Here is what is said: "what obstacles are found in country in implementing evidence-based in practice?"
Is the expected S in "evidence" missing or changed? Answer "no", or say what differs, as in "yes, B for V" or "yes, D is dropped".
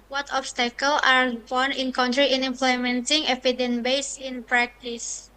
yes, S is dropped